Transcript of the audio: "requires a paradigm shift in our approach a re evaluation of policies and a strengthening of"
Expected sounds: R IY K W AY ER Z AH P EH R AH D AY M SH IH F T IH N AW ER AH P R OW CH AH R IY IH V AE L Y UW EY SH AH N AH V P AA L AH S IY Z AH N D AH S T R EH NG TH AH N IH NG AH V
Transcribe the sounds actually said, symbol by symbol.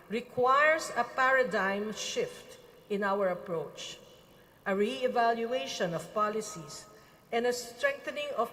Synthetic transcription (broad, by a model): R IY K W AY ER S AH P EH R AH D AY M SH IH F T IH N AW ER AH P R OW CH AH R IY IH V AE L Y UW EY SH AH N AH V P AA L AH S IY S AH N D AH S T R EH NG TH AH N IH NG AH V